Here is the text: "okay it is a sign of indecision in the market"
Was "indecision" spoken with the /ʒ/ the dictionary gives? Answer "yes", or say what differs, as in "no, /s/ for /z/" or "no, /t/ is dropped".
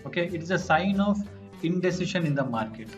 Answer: no, /ʃ/ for /ʒ/